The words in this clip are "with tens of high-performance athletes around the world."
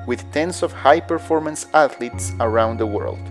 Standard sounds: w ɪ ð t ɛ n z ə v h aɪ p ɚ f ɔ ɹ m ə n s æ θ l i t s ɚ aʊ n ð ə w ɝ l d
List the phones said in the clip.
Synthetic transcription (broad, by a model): w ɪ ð t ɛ n s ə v h aɪ p ɚ f ɔ ɹ m ə n s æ t l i t s ɚ aʊ n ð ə w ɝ l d